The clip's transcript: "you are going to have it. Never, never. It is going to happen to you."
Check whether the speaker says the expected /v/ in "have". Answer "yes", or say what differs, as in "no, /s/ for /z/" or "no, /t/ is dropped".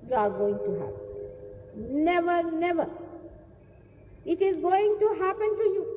no, /p/ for /v/